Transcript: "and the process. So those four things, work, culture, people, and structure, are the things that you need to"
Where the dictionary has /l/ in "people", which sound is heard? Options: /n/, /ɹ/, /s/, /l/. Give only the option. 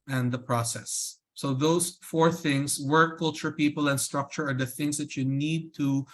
/l/